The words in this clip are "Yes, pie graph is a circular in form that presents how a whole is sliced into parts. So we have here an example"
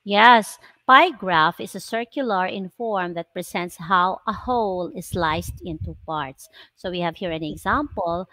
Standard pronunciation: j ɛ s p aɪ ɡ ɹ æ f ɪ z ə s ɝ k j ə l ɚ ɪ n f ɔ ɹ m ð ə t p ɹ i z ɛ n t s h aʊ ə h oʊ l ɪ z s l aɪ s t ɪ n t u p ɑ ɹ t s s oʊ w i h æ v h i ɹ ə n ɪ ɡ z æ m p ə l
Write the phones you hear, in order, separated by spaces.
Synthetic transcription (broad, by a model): j ɛ s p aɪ ɡ ɹ æ f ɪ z ə s ɝ k j ə l ɚ ɪ n f ɔ ɹ m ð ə t p ɹ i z ɛ n t s h aʊ ə h oʊ l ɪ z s l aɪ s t ɪ n t u p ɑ ɹ t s s oʊ w i h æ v h i ɹ ə n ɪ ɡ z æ m p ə l